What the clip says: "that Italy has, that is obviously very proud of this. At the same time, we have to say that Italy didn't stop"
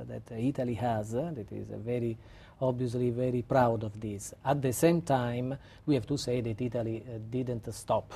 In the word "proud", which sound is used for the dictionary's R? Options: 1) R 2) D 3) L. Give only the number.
1